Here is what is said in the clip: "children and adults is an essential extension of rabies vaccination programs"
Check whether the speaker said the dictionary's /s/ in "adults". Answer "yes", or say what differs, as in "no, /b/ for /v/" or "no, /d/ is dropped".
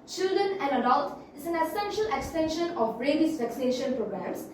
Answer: no, /s/ is dropped